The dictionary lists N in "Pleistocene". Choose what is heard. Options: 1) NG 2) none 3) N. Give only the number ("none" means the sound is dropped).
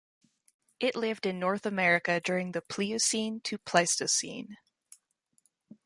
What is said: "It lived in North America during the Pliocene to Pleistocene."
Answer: 3